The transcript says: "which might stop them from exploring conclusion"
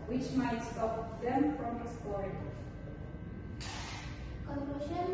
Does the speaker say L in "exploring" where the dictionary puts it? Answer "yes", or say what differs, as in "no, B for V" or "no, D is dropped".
no, L is dropped